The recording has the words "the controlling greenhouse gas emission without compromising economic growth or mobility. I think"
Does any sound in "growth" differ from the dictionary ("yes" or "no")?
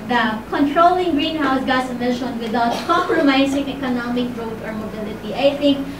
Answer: yes